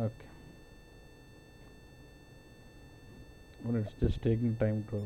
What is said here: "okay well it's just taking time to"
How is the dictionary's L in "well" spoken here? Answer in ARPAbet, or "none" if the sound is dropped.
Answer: N